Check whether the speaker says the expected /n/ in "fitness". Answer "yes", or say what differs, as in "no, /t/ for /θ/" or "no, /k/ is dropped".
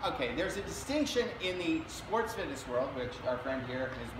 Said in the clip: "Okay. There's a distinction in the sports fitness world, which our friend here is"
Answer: no, /n/ is dropped